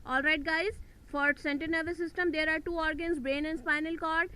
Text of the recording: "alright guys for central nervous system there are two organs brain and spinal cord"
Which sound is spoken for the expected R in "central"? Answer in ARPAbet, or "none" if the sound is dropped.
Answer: none